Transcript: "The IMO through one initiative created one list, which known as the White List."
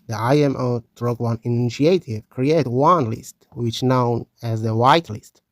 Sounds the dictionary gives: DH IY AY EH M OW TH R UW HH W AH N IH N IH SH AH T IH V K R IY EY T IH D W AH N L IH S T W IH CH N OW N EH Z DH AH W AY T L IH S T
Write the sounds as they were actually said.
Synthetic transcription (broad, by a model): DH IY AY EH M OW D R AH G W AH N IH N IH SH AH T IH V K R IY EY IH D W AH N L IH S T W IH CH N OW N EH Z DH AH W AY T L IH S T